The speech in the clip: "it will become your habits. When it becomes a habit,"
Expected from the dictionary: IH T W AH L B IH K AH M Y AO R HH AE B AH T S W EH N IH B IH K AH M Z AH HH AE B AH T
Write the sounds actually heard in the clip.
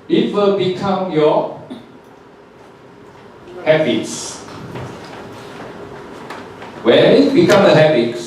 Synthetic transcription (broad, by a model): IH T W AH L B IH K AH M Y AO HH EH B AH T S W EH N IH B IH K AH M AH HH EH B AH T